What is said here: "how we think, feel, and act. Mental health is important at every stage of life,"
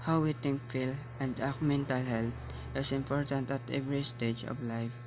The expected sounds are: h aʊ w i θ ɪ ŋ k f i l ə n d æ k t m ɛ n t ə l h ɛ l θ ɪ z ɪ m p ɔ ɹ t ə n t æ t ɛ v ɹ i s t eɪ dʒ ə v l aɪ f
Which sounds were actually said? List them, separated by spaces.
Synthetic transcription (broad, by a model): h aʊ w i t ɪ ŋ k f i l ə n d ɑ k m ɛ n t ə l h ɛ l t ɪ s ɪ m p ɔ ɹ t ə n t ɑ t ɛ v ɹ i s t eɪ dʒ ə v l aɪ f